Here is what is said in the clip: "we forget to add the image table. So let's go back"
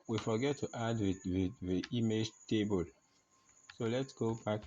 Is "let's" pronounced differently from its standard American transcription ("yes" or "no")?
no